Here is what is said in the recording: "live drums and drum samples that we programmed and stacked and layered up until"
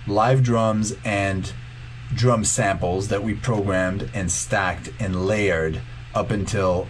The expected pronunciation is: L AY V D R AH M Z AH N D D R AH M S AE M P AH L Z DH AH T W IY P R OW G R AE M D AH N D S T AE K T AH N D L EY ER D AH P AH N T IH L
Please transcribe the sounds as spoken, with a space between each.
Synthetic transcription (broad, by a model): L AY V D R AH M Z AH N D D R AH M S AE M P L Z DH AH T W IY P R OW G R AE M D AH N S T AE K T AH N L EY ER D AH P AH N T IH L